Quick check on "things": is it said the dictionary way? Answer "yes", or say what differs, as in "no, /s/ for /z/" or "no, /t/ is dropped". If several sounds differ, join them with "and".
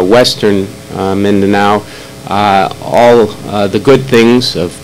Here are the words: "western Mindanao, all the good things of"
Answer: yes